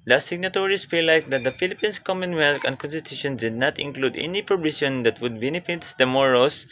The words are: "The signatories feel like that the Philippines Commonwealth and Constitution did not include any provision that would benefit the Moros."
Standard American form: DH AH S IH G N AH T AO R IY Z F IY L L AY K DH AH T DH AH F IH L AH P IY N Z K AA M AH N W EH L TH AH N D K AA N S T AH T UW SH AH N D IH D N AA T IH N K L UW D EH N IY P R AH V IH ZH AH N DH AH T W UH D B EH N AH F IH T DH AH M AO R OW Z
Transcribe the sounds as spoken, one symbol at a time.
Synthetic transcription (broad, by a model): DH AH S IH G N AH T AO R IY S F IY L L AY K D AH T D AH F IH L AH P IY N S K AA M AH N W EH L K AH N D K AA N S T AH T UW SH AH N D IH D N AA T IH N K L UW D EH N IY P R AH B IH SH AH N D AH T W UH D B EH N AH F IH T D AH M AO R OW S